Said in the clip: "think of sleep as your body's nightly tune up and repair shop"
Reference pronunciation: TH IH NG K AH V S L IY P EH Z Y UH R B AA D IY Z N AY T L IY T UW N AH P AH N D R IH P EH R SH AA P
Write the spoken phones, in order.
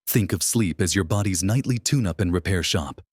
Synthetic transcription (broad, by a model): TH IH NG K AH V S L IY P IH Z Y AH R B AA D IY Z N AY T L IY T UW N AH P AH N R IH P EH R SH AA P